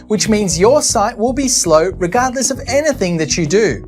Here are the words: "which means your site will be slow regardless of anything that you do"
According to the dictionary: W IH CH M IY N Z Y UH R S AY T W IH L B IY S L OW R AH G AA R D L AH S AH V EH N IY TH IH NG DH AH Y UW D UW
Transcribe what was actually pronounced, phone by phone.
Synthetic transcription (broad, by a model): W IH CH M IY N Z Y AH R S AY T W IH L B IY S L OW R AH G AA R D L AH S AH V EH N IY TH IH NG DH AH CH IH D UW